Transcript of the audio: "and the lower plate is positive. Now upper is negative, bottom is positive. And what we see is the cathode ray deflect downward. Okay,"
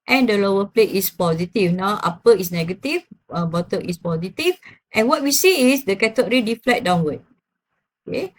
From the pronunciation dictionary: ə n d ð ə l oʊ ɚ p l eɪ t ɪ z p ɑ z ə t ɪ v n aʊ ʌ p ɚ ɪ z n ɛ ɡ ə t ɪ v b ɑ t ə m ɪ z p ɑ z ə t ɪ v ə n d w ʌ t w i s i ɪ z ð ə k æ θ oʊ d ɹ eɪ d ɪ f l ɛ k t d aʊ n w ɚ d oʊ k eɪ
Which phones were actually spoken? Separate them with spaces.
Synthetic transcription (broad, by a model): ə n d ə l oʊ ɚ p l eɪ t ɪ s p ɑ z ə t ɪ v n aʊ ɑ p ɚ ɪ s n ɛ ɡ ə t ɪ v b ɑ t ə ɪ s p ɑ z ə t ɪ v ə n w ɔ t w i s i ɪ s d ə k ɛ t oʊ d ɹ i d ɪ f l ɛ t d aʊ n w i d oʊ k eɪ